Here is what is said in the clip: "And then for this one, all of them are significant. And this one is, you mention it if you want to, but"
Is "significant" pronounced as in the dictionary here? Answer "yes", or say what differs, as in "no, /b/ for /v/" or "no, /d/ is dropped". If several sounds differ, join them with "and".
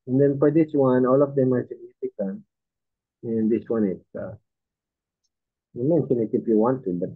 no, /t/ is dropped